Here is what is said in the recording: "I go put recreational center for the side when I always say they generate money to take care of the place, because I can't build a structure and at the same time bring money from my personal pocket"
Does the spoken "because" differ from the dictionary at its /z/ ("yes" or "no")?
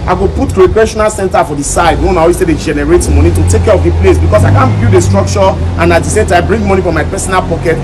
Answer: yes